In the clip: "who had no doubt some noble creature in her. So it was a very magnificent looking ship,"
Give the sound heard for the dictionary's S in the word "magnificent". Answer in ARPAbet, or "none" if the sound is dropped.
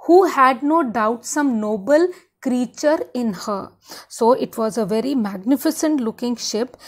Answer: S